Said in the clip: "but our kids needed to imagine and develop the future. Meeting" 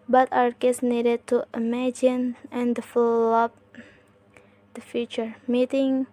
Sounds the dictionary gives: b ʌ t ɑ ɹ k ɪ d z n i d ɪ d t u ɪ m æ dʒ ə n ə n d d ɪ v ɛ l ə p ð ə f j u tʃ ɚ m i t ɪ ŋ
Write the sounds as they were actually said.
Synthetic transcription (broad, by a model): b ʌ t ɑ ɹ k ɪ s n i d ɪ d t u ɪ m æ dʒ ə n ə n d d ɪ f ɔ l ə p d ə f j u tʃ ɚ m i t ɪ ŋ